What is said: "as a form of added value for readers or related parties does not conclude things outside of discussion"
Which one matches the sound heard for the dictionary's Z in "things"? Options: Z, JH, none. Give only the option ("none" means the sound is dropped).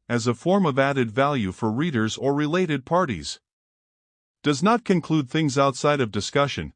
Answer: Z